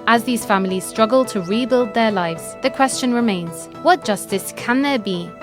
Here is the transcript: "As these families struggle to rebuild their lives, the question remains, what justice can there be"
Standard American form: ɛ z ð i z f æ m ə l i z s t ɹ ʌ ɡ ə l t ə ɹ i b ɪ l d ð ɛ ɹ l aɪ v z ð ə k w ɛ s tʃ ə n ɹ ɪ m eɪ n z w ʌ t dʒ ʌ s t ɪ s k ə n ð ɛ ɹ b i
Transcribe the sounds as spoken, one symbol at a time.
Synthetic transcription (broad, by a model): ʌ z ð i z f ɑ m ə l i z s t ɹ ʌ ɡ ə l t ə ɹ i b ɪ l d ð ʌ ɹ l aɪ v z ð ə k w ɛ s tʃ ə n ɹ ɪ m eɪ n z w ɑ t dʒ ʌ s t ɪ s k ə n ð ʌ b i